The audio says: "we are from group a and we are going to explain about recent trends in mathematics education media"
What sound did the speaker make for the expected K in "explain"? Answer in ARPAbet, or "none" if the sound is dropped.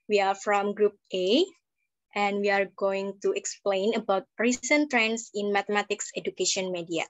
K